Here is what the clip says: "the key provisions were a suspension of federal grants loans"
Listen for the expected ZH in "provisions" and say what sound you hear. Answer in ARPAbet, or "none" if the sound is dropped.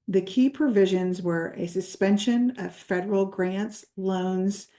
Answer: ZH